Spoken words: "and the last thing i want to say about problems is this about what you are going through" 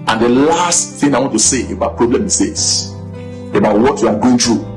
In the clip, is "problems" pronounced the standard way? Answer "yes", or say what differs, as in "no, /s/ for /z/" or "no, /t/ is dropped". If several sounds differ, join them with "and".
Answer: no, /z/ is dropped